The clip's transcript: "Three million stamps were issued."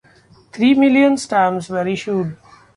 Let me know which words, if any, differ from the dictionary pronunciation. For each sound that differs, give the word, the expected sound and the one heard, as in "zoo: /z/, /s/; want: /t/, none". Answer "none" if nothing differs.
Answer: three: /θ/, /t/; stamps: /p/, none